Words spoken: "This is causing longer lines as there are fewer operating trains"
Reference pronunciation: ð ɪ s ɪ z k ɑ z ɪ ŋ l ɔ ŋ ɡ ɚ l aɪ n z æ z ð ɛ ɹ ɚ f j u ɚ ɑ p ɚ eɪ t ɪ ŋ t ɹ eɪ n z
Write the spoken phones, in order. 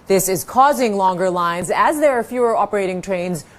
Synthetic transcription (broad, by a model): ð ɪ s ɪ z k ɑ z ɪ ŋ l ɔ ŋ ɡ ɚ l aɪ n z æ z ð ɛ ɹ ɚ f j u ɚ ɑ p ɚ eɪ t ɪ ŋ t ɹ eɪ n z